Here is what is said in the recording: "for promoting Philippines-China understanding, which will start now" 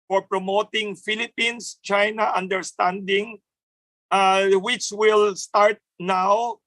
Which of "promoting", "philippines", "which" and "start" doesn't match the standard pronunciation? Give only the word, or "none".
philippines